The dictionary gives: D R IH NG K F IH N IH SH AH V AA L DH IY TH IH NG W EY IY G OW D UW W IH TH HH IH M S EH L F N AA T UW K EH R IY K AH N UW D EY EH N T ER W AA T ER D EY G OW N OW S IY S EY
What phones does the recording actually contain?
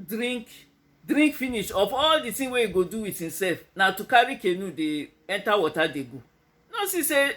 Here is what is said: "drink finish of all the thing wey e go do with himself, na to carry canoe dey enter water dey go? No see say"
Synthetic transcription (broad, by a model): D R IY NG K F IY N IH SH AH F AA L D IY T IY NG W EY IY G OW D UW W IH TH HH IH M S EH L F N AA T UW K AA R IY K AH N UW D EY EH N T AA W AA T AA D EY G OW N OW S IY S EY